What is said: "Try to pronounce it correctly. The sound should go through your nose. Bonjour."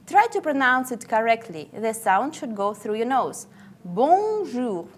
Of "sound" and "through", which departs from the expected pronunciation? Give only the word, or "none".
none